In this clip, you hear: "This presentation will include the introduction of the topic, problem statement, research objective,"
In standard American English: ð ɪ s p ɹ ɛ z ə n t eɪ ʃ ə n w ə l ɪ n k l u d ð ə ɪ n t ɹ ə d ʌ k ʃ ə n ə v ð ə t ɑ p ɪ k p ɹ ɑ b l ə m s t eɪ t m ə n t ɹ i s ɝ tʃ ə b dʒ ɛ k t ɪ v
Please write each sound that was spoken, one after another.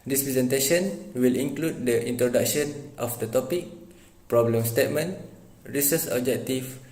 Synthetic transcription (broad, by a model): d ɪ s p ɹ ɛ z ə n t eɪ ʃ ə n w ə l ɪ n k l u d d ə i n t ɹ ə d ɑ k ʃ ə n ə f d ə t ɑ p ɪ k p ɹ ɑ b l ə m s t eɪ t m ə n ɹ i s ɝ s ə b dʒ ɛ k t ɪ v